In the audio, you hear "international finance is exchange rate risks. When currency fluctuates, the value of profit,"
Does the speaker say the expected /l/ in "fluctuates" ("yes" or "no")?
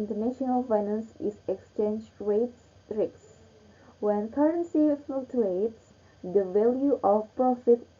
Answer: no